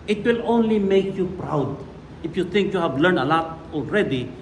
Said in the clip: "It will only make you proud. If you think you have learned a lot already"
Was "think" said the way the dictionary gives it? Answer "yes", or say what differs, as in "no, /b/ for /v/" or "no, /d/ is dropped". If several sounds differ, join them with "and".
no, /t/ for /θ/